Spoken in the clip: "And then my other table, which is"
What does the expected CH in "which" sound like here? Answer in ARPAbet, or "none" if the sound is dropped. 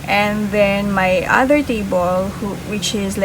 CH